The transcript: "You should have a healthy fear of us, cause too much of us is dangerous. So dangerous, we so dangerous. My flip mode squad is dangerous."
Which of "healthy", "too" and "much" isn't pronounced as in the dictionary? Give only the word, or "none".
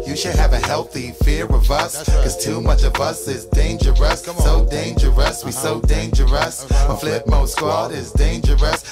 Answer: none